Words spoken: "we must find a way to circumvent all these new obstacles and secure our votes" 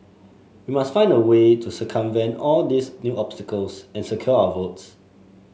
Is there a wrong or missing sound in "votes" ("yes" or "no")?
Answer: no